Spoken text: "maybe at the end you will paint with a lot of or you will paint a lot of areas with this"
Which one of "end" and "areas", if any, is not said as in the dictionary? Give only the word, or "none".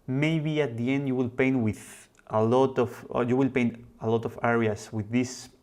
areas